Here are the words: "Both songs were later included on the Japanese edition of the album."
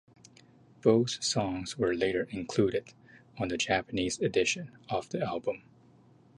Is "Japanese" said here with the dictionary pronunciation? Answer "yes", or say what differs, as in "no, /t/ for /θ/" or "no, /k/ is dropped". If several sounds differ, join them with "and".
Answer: yes